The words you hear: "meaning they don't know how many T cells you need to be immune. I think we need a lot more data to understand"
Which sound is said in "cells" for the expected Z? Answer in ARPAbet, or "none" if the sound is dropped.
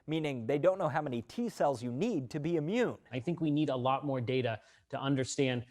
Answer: Z